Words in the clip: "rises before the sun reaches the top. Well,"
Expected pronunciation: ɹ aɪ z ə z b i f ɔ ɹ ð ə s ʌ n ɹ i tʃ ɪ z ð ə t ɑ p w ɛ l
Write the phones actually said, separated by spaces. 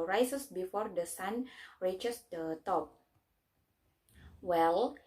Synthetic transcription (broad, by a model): ɹ aɪ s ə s b i f ɔ ɹ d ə s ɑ n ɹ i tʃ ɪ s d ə t ɑ p w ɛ l